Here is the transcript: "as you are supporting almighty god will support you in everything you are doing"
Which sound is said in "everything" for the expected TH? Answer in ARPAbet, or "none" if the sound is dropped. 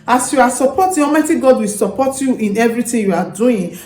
T